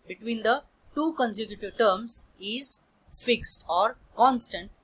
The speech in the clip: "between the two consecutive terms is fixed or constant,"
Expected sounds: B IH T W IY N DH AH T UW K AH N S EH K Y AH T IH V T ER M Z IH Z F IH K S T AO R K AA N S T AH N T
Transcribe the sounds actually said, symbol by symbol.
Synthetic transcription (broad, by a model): B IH T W IY N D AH T UW K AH N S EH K Y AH T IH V T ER M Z IH Z F IH K S T AO R K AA N S T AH N T